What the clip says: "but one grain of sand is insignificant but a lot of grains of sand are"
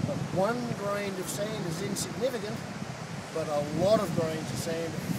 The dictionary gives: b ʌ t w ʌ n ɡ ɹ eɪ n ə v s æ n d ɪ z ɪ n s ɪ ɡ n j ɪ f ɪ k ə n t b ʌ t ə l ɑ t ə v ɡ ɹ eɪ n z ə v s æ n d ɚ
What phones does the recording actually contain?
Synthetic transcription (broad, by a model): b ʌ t w ʌ n ɡ ɹ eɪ n ə v s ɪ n ɪ z ɪ n s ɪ ɡ n ɪ f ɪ k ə n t b ʌ t ə l ɑ t ə v ɡ ɹ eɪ n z ə v s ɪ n